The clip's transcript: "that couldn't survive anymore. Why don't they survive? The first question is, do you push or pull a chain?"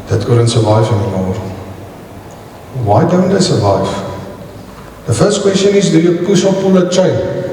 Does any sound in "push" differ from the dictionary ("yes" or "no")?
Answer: yes